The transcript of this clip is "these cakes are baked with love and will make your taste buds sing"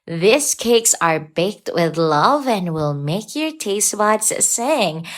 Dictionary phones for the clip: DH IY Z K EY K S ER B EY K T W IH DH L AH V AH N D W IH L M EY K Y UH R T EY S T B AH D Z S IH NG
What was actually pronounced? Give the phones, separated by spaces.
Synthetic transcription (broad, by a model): DH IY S K EY K S ER B EY K T W IH DH L AH V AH N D W IH L M EY K Y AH R T EY S T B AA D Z S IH NG